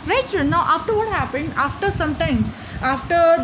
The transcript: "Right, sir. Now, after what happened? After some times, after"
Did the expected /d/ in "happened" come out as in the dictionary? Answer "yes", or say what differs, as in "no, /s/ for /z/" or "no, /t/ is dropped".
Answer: yes